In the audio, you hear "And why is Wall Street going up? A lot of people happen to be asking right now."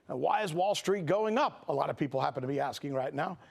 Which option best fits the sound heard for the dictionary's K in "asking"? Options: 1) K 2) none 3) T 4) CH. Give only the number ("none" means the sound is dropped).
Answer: 1